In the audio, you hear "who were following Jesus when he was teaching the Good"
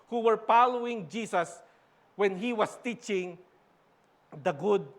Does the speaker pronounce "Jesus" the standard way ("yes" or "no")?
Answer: no